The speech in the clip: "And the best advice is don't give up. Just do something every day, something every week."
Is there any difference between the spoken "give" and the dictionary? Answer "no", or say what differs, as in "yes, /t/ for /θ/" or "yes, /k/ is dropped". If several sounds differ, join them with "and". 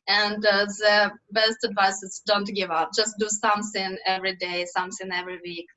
no